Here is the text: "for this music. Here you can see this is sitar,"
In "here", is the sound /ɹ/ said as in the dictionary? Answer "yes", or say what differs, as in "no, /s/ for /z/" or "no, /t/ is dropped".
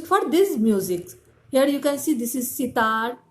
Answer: yes